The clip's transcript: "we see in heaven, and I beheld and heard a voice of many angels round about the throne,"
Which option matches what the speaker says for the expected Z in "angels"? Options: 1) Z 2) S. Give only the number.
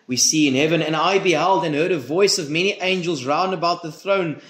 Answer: 1